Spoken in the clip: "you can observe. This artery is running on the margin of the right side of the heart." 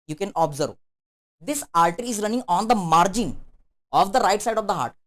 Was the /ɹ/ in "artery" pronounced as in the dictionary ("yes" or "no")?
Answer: no